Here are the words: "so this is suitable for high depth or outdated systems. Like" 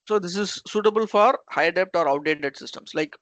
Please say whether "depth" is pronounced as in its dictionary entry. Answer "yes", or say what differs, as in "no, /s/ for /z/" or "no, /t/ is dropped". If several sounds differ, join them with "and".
no, /t/ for /θ/